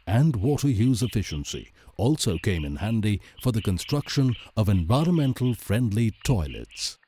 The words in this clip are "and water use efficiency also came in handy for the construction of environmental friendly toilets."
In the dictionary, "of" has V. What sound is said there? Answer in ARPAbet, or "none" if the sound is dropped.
V